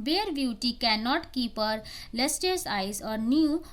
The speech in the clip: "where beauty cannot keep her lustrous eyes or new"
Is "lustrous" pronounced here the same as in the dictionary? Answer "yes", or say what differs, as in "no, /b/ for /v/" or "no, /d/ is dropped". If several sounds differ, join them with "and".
no, /ɹ/ is dropped